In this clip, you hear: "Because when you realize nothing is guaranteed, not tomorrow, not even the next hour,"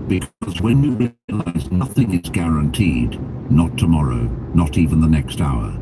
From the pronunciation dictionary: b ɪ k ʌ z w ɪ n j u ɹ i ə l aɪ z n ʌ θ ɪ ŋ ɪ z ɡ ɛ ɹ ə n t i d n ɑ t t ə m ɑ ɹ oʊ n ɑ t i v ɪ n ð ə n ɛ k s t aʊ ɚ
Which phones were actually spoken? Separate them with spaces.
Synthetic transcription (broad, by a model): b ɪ k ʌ z w ɪ n j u ɹ i ə l aɪ z n ʌ θ ɪ ŋ ɪ z ɡ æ ɹ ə n t i d n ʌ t t ə m ɑ ɹ oʊ n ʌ t i v ɪ n ð ə n ɛ k s t aʊ ɚ